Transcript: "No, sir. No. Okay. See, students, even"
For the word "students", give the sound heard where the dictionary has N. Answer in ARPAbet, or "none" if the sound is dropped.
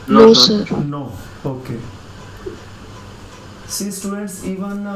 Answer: none